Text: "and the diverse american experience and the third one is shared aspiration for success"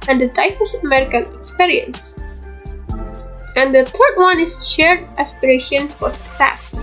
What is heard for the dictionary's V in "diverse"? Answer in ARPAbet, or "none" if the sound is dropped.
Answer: P